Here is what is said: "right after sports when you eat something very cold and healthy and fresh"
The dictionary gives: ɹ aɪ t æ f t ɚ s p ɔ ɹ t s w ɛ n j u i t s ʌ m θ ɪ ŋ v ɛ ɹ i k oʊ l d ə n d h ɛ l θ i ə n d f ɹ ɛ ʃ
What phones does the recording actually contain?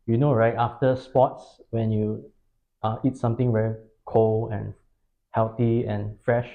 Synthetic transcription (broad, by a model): ɹ aɪ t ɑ f t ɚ s p ɔ t s w ɛ n j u i t s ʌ m t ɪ ŋ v ɛ ɹ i k oʊ l ə n h ɛ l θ i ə n f ɹ ɛ ʃ